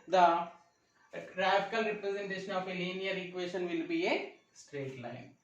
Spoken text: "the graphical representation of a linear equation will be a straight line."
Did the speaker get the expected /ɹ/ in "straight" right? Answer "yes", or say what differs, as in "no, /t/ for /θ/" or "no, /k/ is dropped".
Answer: yes